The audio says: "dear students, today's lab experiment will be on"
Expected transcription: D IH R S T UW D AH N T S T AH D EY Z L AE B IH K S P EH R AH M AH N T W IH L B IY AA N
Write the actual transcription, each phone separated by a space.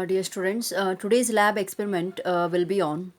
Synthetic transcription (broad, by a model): D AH R S T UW D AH N T S T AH D EY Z L AE B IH K S P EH R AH M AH N T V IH L B IY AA N